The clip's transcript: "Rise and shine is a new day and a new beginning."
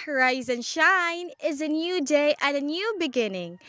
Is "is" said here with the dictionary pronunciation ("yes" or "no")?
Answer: yes